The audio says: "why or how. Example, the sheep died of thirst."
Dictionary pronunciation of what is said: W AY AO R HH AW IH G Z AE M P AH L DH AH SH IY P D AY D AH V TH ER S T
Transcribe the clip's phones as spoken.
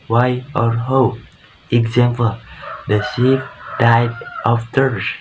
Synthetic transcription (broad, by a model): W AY AO R HH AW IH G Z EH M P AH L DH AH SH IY F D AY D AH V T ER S